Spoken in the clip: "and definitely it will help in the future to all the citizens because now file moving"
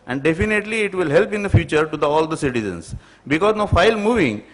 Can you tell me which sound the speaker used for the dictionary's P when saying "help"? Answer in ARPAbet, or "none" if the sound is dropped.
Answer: P